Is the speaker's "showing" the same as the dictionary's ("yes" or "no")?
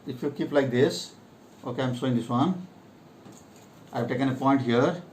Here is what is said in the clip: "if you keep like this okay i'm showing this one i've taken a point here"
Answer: no